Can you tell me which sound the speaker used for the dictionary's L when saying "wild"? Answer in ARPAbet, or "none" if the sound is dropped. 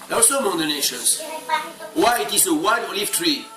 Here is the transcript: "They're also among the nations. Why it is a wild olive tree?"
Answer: none